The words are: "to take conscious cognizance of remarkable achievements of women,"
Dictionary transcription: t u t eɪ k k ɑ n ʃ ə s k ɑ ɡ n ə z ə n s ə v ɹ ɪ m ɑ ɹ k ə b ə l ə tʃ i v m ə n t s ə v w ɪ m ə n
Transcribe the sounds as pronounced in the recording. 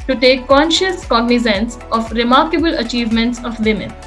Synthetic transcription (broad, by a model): t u t eɪ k k ɑ n ʃ ə s k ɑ ɡ n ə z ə n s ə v ɹ ɪ m ɑ ɹ k ə b ə l ə tʃ i v m ə n t s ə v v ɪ m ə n